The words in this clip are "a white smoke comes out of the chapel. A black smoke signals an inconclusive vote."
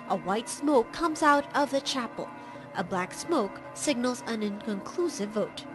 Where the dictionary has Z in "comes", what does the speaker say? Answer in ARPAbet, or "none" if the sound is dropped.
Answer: Z